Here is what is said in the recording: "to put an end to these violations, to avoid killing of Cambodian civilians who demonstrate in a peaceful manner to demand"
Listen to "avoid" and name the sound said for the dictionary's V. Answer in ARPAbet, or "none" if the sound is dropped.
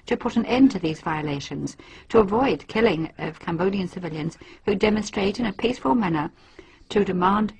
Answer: V